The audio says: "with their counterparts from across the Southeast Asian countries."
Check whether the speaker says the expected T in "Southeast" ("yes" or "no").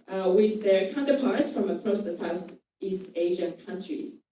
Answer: yes